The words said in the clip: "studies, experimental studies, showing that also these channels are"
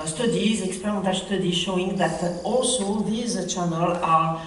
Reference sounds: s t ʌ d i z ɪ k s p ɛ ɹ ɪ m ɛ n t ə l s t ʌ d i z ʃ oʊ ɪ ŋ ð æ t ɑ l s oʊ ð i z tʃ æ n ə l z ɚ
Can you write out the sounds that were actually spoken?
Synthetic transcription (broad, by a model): s t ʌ d i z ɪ k s p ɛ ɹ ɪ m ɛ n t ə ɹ s t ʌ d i ʃ oʊ ɪ ŋ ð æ t ɑ l s oʊ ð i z tʃ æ n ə l ɑ